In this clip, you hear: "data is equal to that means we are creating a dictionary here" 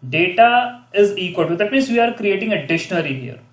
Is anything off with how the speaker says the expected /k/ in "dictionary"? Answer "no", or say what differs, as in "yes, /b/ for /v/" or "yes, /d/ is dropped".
yes, /k/ is dropped